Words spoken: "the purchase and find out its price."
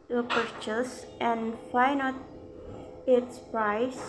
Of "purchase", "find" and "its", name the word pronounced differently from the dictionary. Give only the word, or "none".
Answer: find